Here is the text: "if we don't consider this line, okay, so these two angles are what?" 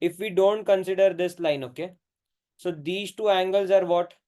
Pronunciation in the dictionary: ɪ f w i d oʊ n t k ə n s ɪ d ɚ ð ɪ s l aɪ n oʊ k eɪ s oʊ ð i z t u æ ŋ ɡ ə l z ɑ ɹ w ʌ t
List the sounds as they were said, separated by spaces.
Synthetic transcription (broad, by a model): ɪ f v i d oʊ n t k ə n s ɪ d ɚ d ɪ s l aɪ n oʊ k eɪ s oʊ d i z t u æ ŋ ɡ ə l z ɑ ɹ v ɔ t